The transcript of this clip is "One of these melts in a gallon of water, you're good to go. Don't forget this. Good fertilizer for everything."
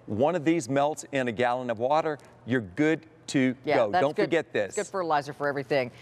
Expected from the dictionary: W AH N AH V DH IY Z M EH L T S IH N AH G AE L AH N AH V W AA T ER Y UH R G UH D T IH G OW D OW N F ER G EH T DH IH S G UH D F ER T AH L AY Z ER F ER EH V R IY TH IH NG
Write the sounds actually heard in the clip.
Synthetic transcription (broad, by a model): W AH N AH V DH IY Z M EH L T S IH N AH G AE L AH N AH V W AA T ER Y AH R G UH D T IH G OW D OW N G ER G EH T DH IH S G UH D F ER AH L AY Z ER F ER EH V R IY TH IH NG